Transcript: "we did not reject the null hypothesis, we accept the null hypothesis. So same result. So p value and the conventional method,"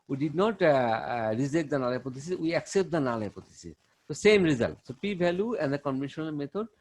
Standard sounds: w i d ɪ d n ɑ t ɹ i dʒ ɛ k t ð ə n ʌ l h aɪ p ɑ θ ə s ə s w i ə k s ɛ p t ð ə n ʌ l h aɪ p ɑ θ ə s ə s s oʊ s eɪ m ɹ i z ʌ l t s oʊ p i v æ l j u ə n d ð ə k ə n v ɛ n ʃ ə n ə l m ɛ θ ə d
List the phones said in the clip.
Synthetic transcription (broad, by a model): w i d ɪ d n ɑ t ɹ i z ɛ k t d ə n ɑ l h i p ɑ t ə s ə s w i ə k s ɛ p t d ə n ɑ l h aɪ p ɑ t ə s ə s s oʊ s eɪ m ɹ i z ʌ l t s oʊ p i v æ l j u ə n d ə k ə n v ɛ n ʃ ə n ə l m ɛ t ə d